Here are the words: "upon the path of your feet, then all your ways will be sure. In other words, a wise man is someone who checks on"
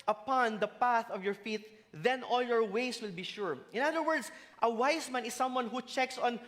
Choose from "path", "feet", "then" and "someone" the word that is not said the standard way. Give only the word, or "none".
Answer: none